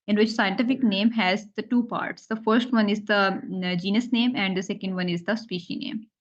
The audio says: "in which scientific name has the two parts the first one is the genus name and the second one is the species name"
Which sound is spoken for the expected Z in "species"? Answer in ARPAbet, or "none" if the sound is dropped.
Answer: none